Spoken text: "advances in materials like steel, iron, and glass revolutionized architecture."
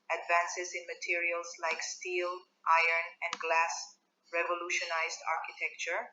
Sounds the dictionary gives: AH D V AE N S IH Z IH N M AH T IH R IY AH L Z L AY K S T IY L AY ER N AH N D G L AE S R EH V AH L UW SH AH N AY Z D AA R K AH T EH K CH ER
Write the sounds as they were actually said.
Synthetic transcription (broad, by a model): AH D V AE N S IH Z IH N M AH T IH R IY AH L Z L AY K S T IY L AY ER N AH N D G L AE S R EH V AH L UW SH AH N AY Z D AA R K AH T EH K CH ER